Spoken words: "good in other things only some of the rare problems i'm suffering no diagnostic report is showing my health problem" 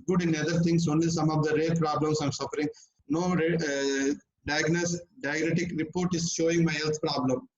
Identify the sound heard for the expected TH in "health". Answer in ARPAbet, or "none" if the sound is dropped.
T